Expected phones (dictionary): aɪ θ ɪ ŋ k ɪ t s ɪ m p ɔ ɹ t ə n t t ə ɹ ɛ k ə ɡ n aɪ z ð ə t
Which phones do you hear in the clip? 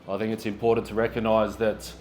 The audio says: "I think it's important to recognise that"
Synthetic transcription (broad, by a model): aɪ θ ɪ ŋ k ɪ t s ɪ m p ɔ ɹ t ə n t t ə ɹ ɛ k ə ɡ n aɪ z ð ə t